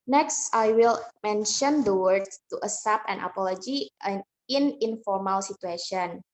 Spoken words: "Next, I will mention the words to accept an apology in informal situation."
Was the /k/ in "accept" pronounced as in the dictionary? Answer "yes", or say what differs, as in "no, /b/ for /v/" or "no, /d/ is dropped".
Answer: no, /k/ is dropped